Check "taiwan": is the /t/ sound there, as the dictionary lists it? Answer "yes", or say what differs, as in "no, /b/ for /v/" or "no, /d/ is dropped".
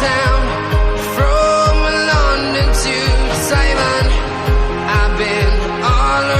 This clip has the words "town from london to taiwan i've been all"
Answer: no, /s/ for /t/